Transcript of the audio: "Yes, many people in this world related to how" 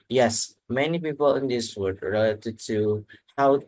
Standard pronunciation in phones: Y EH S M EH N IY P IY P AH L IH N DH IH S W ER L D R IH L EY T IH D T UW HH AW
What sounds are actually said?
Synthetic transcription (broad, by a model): Y EH S M EH N IY P IY P AH L IH N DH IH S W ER D R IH L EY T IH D T UW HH AW